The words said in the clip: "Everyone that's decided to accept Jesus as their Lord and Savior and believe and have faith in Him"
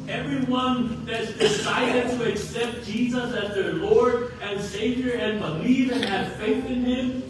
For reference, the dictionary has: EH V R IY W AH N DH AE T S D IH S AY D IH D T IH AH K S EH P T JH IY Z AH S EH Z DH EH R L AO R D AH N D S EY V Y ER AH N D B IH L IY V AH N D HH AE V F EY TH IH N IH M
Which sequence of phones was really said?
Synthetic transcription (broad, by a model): EH V R IY W AH N DH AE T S D IH S AY D IH D T IH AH K S EH P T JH IY Z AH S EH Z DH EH R L AO R D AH N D S EY V Y ER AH N B IH L IY V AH N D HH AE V F EY TH IH N IH M